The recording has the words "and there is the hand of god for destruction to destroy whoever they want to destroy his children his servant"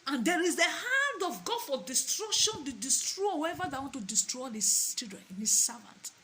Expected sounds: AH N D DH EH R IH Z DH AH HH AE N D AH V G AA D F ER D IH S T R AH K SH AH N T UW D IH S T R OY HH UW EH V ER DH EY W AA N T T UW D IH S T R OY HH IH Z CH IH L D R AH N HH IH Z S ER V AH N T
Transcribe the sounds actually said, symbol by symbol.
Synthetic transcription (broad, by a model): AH N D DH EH R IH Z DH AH HH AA N D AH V G AA D F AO D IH S T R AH K SH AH N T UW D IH S T R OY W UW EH V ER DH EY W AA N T T UW D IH S T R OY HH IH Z CH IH D R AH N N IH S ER V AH N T